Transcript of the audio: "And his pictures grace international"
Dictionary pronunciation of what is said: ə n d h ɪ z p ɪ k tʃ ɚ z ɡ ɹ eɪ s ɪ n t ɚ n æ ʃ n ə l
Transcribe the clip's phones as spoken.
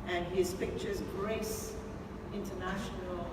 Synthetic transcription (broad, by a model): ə n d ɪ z p ɪ k tʃ ɚ z ɡ ɹ eɪ s ɪ n t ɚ n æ ʃ n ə l